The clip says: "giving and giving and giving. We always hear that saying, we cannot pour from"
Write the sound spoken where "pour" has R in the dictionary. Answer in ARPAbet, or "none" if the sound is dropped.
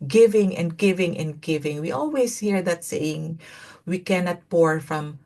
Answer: R